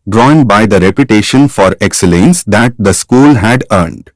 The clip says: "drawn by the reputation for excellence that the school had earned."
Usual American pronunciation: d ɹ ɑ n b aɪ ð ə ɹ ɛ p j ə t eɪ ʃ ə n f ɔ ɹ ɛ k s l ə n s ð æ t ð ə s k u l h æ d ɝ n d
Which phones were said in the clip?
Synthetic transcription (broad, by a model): d ɹ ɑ n b aɪ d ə ɹ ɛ p j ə t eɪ ʃ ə n f ɔ ɹ ɛ k s l ə n s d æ t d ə s k u l h æ d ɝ n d